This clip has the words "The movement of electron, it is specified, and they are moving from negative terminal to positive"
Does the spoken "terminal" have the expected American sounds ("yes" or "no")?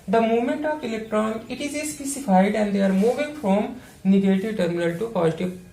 yes